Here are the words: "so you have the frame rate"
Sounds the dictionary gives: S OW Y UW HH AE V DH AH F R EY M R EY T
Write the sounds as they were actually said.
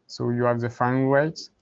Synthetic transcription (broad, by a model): S OW Y UW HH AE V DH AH F EY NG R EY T